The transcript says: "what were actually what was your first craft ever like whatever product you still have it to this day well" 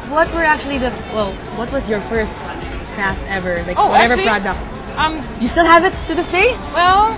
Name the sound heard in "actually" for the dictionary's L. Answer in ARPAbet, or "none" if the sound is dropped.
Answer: W